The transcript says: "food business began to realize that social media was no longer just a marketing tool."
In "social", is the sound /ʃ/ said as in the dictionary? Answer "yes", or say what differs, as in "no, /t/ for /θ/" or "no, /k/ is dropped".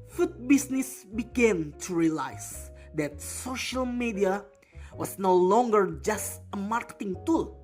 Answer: yes